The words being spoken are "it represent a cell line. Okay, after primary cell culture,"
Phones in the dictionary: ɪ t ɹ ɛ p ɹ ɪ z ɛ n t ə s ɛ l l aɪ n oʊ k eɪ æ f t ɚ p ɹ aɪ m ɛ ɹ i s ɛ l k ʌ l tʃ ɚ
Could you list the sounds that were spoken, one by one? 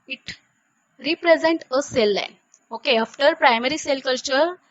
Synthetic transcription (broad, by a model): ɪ t ɹ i p ɹ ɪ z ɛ n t ə s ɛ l l aɪ n oʊ k eɪ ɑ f t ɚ p ɹ aɪ m ɛ ɹ i s ɛ l k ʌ l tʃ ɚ